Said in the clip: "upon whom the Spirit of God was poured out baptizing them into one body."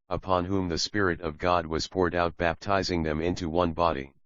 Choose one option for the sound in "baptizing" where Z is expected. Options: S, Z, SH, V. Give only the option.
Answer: Z